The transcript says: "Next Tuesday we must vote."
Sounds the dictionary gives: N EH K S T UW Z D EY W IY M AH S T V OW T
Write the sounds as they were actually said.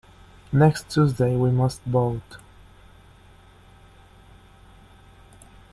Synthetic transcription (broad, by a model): N EH K S T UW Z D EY W IY M AH S T B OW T